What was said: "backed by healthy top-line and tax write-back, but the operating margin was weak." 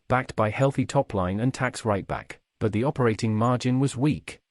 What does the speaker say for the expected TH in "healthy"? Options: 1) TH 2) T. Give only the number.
1